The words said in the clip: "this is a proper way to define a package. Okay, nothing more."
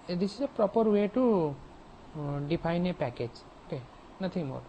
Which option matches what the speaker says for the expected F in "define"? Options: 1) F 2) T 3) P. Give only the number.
3